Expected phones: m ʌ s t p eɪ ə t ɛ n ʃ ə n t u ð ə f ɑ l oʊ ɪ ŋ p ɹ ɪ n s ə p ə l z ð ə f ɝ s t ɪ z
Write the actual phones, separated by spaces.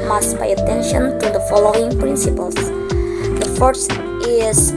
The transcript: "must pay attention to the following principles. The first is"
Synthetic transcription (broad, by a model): m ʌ s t b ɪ ə t ɛ n ʃ ə n t u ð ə f ɑ l oʊ ɪ ŋ p ɹ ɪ n s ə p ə l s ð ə f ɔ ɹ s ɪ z